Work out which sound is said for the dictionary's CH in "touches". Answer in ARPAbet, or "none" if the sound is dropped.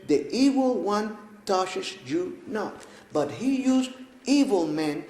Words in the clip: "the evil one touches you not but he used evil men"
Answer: SH